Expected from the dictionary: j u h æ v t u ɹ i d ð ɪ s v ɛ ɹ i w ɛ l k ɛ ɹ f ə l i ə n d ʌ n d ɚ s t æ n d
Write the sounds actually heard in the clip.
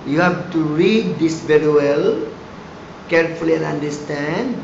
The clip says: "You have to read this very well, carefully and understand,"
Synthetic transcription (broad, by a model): j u h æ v t u ɹ i d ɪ s v ɛ ɹ i w ɛ l k ɛ ɹ f ə l i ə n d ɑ n d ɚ s t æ n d